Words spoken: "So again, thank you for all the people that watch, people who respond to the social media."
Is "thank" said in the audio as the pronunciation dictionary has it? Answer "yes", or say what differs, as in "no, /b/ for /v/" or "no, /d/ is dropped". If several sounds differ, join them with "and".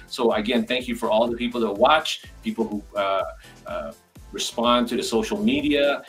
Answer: yes